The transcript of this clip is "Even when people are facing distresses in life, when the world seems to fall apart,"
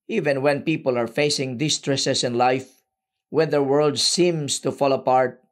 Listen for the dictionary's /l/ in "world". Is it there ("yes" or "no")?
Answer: yes